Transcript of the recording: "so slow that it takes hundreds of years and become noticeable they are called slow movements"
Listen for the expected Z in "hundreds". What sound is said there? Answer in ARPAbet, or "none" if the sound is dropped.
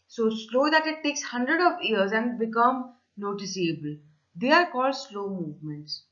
none